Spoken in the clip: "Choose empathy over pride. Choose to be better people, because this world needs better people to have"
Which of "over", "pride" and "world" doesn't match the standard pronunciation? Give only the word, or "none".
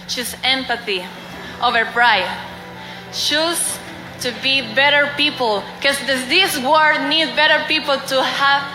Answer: world